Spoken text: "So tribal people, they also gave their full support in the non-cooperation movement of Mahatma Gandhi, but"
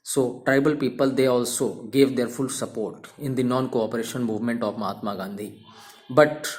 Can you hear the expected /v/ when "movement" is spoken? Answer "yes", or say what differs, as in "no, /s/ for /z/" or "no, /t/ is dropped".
yes